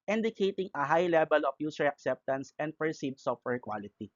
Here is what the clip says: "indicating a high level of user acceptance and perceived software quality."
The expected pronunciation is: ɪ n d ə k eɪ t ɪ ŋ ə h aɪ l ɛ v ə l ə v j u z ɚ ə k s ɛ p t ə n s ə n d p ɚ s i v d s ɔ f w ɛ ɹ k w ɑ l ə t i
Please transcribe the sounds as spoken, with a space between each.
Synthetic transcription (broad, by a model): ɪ n d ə k eɪ t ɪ ŋ ə h aɪ l ɛ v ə l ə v j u s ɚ ə k s ɛ p t ə n s ə n d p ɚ s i d s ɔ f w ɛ ɹ k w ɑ l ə t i